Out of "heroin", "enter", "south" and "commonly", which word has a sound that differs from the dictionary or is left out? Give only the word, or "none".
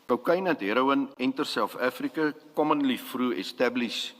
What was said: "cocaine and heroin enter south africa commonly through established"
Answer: south